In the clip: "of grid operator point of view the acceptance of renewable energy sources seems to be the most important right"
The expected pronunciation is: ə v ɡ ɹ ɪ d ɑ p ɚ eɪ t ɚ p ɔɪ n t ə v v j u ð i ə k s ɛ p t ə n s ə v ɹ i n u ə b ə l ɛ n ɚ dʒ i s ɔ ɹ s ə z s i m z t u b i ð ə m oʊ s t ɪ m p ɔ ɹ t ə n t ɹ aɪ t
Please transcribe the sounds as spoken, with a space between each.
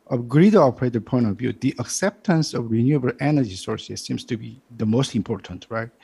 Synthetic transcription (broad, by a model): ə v ɡ ɹ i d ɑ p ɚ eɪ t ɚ p ɔɪ n t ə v v j u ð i ə k s ɛ p t ə n s ə v ɹ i n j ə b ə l ɛ n ɚ dʒ i s ɔ ɹ s ə z s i m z t u b i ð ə m oʊ s t ɪ m p ɔ ɹ t ə n t ɹ aɪ t